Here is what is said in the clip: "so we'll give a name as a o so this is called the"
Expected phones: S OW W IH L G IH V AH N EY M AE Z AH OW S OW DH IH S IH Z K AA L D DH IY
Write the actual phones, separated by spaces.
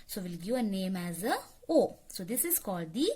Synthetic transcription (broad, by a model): S OW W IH L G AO AH N EY M AE Z AH OW S OW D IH S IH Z K AA L D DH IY